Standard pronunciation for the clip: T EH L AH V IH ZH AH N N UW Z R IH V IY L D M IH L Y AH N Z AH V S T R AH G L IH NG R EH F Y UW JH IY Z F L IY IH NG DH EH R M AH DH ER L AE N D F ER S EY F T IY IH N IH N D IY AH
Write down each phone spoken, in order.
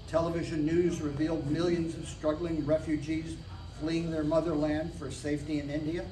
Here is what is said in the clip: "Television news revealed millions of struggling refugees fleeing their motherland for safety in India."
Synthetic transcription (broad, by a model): T EH L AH V IH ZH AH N N UW Z R IH V IY L D M IH L Y AH N Z AH V S T R AH G L IH NG R EH F Y UW JH IY Z F L IY IH NG DH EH R M AH DH ER L AE N D F ER S EY F T IY IH N IH N D IY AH